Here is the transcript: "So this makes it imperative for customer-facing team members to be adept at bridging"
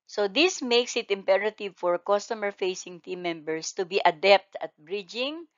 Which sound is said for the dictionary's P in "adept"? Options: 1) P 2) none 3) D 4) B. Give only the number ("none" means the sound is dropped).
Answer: 1